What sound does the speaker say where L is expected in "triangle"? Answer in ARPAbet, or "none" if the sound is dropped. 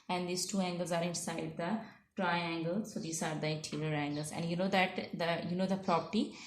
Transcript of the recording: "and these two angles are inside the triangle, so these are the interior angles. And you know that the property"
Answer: L